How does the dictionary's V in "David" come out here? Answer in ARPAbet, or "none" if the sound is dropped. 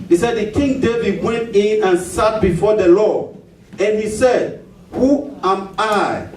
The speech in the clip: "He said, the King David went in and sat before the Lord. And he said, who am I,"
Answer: V